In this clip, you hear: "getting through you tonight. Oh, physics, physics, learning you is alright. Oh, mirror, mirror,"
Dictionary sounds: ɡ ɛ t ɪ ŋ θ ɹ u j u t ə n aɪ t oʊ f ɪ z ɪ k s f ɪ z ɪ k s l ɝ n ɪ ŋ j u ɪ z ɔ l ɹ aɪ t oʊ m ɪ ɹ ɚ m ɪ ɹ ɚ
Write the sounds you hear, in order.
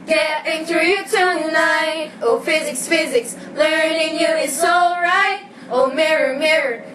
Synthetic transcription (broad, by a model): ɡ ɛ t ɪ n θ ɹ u j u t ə n aɪ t oʊ f ɪ z ɪ k s f ɪ z ɪ k s l ɝ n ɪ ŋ j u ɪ s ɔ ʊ ɹ aɪ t oʊ m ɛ ɹ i m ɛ ɹ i